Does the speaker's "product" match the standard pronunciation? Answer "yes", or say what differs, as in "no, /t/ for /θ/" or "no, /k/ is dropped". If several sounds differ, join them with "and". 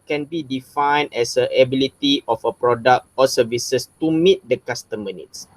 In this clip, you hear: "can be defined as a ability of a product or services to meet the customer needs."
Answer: yes